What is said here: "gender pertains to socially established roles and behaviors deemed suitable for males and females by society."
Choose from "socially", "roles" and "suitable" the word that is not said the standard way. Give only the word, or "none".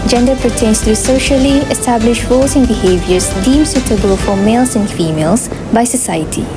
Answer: roles